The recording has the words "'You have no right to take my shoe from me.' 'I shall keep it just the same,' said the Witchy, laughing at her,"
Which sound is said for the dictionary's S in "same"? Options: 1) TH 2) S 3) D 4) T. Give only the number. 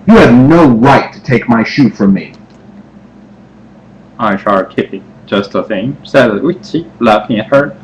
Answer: 1